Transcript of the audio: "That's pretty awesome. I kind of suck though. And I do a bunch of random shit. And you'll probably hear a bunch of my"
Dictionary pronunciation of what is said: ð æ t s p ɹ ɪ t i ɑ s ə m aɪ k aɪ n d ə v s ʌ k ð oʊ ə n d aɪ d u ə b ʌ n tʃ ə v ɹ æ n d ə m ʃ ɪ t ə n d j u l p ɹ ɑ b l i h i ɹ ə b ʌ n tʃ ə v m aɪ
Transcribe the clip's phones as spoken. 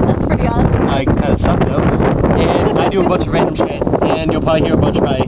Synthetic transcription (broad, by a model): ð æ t s p ɹ ɪ t i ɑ ə ɪ k aɪ n d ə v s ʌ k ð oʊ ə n aɪ d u ə b ʌ n tʃ ə v ɹ æ n d ə m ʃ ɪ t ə n j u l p ɑ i h i ɹ ə b ʌ n tʃ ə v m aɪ